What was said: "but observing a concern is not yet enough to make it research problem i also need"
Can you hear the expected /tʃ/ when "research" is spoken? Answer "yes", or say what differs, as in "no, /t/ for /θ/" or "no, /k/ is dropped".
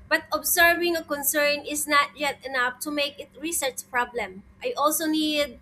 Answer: yes